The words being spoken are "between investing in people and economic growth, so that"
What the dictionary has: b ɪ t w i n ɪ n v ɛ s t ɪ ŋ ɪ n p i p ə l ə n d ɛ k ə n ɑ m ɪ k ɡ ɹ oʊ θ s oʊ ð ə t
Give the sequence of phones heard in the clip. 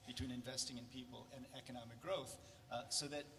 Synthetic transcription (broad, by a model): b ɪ t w i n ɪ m v ɛ s t ɪ ŋ ɪ n p i p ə l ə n ɛ k ə n ɑ m ɪ k ɡ ɹ oʊ θ s oʊ ð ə t